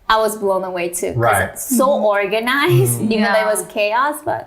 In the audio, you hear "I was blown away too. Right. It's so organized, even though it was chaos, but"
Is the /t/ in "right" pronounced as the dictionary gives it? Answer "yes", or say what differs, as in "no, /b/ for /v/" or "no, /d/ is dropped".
no, /t/ is dropped